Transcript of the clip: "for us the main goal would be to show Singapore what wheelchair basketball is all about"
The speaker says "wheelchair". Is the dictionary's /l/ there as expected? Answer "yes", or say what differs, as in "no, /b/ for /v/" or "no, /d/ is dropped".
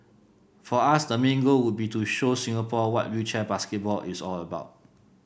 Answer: no, /l/ is dropped